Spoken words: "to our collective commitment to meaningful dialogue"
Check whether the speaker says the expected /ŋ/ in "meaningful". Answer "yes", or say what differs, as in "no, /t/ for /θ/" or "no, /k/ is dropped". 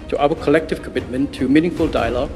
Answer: yes